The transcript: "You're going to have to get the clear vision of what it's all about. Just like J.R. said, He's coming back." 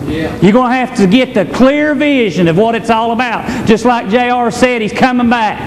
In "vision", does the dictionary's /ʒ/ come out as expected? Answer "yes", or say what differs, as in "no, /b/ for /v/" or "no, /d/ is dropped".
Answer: yes